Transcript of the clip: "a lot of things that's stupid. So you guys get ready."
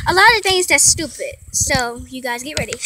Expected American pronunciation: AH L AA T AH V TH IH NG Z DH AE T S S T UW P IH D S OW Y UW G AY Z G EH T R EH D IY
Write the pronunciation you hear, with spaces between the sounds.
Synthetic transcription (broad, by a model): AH L AA T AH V TH IH NG Z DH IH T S S T UW P IH D S OW Y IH G AY Z G EH T R EH D IY